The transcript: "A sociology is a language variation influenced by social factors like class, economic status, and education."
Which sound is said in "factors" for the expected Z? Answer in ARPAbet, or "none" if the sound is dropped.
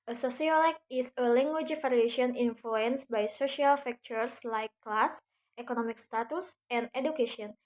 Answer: S